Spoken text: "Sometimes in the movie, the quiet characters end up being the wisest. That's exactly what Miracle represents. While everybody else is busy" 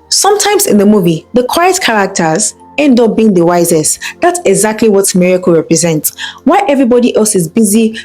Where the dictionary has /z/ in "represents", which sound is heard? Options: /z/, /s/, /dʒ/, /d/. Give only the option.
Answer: /z/